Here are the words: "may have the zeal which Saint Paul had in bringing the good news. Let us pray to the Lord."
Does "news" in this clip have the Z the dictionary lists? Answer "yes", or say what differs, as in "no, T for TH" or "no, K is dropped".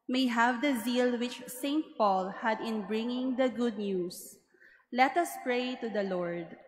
no, S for Z